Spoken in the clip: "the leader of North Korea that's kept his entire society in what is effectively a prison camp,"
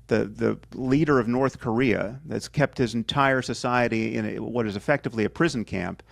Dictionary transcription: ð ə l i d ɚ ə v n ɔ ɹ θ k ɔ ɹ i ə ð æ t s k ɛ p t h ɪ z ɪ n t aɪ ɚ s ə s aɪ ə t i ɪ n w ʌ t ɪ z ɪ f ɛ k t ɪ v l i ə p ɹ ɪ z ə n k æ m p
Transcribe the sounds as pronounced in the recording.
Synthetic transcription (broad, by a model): ð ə l i d ɚ ə v n ɔ ɹ θ k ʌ ɹ i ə ð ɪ t s k ɛ p t h ɪ z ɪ n t aɪ ɚ s ə s aɪ ə t i ɪ n w ʌ t ɪ z ɪ f ɛ k t ɪ v l i ə p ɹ ɪ z n k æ m p